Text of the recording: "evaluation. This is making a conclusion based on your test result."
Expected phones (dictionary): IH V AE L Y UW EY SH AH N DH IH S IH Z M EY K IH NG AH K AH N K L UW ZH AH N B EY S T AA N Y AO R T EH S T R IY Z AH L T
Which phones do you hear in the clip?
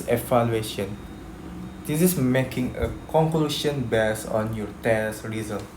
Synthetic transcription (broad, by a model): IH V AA L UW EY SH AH N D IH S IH S M EY K IH NG AH K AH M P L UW SH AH N B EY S AA N Y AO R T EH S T R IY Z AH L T